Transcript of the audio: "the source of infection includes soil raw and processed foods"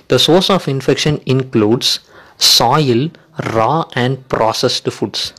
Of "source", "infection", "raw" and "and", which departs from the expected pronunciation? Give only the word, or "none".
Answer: none